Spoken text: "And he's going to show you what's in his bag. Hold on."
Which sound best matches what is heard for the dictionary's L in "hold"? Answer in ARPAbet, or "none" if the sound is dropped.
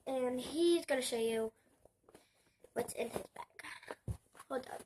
none